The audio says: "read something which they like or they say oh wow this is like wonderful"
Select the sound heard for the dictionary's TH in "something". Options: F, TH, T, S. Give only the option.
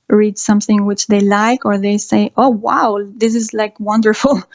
TH